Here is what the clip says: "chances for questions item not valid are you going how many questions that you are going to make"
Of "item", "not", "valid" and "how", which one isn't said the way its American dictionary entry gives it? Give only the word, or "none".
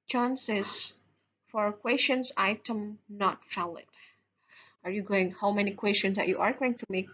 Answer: valid